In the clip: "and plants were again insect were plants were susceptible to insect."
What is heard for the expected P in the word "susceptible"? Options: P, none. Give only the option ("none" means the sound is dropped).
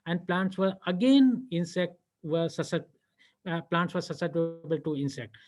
none